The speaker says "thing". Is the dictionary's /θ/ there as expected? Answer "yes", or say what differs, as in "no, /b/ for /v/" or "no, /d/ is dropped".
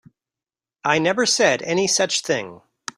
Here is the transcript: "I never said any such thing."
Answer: yes